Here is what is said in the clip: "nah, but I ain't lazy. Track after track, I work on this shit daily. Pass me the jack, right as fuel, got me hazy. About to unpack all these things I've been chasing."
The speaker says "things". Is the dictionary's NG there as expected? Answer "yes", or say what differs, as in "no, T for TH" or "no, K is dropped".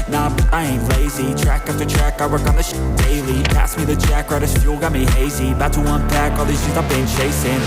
no, NG is dropped